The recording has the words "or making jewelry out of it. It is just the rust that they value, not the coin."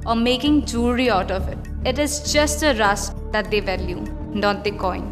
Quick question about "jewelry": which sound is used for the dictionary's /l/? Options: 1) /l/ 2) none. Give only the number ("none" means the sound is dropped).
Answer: 2